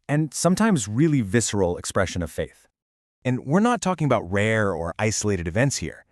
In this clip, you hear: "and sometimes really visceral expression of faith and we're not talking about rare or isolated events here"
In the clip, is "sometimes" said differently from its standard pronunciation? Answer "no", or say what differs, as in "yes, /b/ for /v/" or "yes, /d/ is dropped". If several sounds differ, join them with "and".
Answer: no